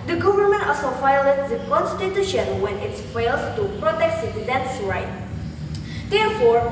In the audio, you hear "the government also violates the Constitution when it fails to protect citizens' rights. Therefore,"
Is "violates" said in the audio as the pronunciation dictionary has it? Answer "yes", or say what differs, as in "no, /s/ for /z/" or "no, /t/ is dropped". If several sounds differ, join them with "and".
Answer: no, /f/ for /v/